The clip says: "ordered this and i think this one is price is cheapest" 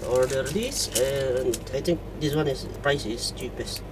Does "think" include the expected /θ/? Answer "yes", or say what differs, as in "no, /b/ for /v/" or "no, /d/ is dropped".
no, /t/ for /θ/